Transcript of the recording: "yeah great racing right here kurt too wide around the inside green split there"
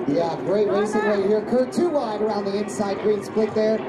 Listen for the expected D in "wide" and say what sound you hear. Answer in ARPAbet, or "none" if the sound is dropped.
D